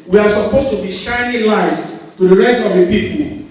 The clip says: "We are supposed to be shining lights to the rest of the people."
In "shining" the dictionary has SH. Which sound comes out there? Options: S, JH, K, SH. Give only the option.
SH